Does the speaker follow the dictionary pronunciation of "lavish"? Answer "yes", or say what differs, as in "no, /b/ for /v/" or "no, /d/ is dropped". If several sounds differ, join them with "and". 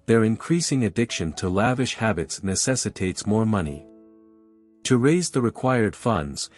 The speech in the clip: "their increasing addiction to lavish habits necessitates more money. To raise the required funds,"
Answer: yes